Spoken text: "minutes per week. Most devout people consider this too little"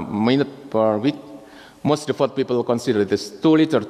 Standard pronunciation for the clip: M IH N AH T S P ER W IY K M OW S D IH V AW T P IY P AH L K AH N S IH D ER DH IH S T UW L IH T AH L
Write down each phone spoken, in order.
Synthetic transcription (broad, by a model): M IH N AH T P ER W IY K M OW S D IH F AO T P IY P AH L K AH N S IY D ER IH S T UW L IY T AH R